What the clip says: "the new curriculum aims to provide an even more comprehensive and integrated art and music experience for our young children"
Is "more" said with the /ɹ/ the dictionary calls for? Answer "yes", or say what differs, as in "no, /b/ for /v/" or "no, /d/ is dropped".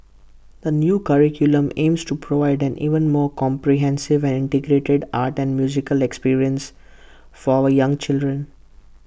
yes